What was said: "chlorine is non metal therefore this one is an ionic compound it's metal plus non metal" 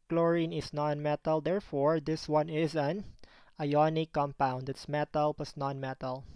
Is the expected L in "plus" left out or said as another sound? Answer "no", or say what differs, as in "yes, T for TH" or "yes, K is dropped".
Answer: yes, L is dropped